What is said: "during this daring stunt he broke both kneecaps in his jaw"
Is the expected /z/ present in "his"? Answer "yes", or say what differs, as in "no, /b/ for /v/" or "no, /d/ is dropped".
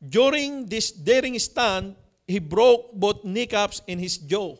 no, /s/ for /z/